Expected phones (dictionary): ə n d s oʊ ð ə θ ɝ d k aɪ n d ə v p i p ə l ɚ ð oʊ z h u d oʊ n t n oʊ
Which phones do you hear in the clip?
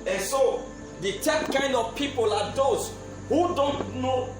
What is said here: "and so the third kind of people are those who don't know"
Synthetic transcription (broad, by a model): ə n s oʊ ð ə t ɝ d k aɪ n d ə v p i p ə l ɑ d oʊ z h u d oʊ n t n oʊ